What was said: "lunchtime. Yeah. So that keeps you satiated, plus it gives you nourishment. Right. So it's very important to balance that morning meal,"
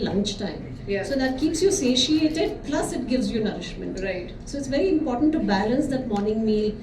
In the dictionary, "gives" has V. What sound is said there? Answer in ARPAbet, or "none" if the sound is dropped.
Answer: V